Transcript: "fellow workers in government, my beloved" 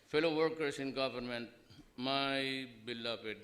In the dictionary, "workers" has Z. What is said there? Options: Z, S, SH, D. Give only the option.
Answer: S